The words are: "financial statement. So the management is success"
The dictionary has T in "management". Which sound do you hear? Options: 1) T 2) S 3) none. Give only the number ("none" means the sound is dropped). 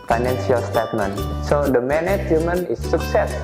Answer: 3